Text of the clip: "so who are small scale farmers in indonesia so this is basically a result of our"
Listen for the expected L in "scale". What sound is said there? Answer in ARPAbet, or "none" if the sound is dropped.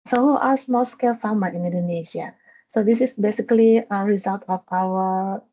L